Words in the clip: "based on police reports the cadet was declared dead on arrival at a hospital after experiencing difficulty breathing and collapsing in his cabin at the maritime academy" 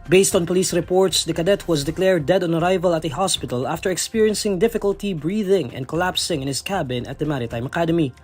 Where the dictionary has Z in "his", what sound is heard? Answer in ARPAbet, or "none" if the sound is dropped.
S